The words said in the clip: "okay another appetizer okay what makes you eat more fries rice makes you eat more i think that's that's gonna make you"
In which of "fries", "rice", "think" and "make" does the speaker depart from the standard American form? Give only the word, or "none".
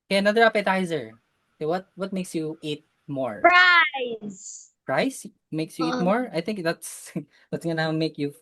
fries